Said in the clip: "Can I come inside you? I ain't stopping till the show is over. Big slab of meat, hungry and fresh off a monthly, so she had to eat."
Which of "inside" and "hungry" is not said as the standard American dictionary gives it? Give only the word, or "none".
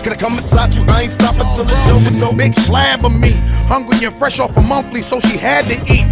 inside